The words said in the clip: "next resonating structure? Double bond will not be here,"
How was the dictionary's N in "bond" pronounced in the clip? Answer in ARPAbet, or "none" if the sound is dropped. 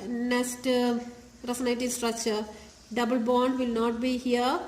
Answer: N